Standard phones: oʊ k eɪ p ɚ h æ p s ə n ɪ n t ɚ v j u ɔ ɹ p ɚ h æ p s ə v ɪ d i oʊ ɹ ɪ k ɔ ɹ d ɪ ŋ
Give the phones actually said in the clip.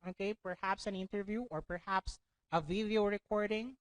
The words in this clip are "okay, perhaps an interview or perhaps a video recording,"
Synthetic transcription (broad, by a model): oʊ k eɪ p ɚ h æ p s ə n ɪ n t ɚ v j u ɔ ɹ p ɚ h æ p s ə v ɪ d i oʊ ɹ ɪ k ɔ ɹ d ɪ ŋ